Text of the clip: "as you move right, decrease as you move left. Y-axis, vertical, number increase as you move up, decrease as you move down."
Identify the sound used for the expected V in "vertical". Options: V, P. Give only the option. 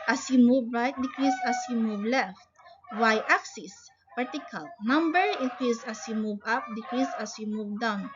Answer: P